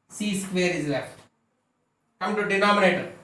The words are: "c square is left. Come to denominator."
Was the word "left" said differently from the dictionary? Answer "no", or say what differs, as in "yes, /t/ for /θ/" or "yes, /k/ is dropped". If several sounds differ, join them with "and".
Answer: yes, /f/ is dropped